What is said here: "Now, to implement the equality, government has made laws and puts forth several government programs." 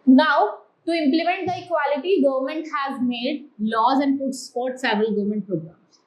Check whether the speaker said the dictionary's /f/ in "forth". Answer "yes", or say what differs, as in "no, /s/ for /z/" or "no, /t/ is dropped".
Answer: no, /p/ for /f/